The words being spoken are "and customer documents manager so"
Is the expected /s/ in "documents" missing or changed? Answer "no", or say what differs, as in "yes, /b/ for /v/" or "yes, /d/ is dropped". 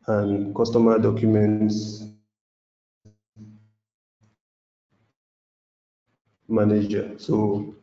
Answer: no